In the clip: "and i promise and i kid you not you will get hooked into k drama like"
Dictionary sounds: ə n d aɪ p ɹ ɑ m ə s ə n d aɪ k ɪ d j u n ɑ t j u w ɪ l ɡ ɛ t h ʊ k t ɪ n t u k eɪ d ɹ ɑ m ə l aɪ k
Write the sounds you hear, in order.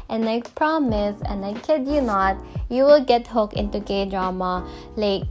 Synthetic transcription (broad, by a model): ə n aɪ p ɹ ɑ m ə s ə n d aɪ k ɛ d j u n ɑ t j u w ɪ l ɡ ɛ t h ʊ k ɪ n t u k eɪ d ɹ ɑ m ə l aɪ k